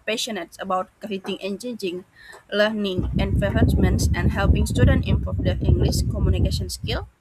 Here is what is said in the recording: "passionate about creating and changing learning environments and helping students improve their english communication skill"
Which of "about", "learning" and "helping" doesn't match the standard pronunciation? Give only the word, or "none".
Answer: none